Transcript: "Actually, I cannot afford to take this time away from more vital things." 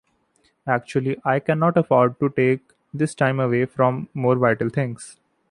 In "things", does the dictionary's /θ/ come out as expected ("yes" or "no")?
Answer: no